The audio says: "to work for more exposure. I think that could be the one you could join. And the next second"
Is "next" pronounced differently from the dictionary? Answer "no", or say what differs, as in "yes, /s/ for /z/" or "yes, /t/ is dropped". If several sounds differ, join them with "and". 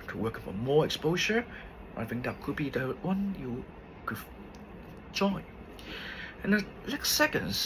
yes, /l/ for /n/